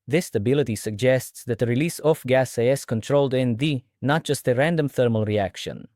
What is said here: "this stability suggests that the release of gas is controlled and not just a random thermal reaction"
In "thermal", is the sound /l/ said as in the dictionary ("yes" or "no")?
yes